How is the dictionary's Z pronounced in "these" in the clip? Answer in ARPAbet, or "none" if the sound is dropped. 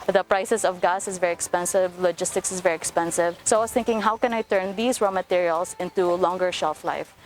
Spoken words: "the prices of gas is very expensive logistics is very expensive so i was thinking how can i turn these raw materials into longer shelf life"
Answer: S